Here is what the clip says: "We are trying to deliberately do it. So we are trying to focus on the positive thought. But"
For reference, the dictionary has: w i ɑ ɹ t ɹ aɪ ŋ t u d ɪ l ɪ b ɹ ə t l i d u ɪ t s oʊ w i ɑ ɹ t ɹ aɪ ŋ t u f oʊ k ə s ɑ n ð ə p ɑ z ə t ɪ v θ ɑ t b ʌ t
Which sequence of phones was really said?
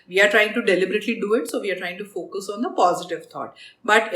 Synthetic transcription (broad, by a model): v i ɑ ɹ t ɹ aɪ ŋ t u d ɪ l ɪ b ɹ ə t l i d u ɪ t s oʊ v i ɑ ɹ t ɹ aɪ ŋ t u f oʊ k ə s ɑ n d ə p ɑ z ə t ɪ v t ɑ t b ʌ t